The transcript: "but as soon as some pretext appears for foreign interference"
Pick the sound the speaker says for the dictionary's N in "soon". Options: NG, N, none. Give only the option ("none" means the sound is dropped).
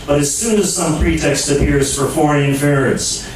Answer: N